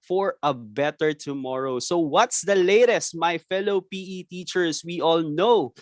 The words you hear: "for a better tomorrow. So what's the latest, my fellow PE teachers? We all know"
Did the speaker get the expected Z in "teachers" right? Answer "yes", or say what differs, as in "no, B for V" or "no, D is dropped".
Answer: no, S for Z